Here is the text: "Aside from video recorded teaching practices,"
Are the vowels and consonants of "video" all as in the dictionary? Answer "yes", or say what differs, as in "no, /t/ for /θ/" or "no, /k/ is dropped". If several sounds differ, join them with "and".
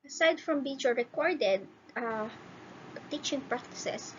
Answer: no, /b/ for /v/